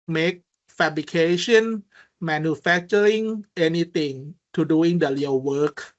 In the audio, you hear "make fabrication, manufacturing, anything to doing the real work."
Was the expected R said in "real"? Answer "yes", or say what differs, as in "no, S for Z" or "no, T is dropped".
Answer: no, L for R